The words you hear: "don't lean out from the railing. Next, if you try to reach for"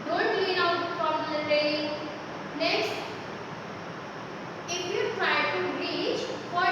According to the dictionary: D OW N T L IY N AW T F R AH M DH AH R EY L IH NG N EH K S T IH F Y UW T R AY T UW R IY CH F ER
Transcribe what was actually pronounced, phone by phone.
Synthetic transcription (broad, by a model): D OW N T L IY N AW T P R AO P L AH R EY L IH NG N EH K S T IH F Y UW T R AY T UW R IY CH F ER